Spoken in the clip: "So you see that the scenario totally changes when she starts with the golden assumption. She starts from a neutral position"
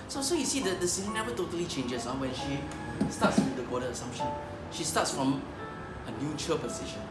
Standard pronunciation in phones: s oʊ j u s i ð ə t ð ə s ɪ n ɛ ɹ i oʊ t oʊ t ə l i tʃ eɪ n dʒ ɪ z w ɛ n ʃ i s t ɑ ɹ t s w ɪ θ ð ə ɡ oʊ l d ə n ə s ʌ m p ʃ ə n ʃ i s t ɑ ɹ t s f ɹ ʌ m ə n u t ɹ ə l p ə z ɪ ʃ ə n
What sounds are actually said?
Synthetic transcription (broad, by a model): s oʊ j u s i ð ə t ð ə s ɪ n ɛ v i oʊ t oʊ t ə l i tʃ eɪ n dʒ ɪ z w ɛ n ʃ i s t ɑ t s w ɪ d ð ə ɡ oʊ d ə ə s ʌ m p ʃ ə n ʃ i s t ɑ t s f ɹ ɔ m ə n u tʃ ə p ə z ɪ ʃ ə n